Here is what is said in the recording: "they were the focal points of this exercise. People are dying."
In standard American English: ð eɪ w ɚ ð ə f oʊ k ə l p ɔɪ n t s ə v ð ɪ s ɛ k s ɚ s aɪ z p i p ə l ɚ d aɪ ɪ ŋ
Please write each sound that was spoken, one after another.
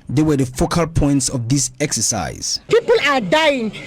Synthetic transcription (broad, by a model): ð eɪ w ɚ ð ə f oʊ k ə l p ɔɪ n t s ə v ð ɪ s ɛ k s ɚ s aɪ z p i p ə l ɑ d aɪ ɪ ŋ